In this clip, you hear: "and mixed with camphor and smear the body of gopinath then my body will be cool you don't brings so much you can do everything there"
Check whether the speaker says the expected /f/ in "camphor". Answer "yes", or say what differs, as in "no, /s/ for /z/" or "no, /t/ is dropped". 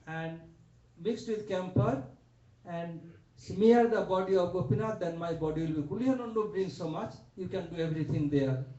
no, /p/ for /f/